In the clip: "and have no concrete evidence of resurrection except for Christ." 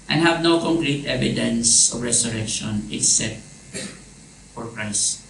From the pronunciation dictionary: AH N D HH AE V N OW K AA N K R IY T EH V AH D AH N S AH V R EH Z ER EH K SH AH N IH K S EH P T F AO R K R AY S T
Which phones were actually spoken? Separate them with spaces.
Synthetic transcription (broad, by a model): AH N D HH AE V N OW K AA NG K R IY T EH V AH D AH N S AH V R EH S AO EH K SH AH N IH K S EH P T F AO R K R AY S T